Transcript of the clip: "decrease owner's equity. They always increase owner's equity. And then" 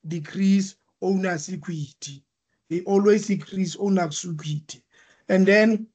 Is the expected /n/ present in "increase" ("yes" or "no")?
no